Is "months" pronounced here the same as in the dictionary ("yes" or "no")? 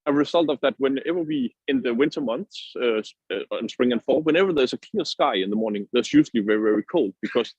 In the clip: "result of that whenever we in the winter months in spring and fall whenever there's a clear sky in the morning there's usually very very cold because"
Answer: yes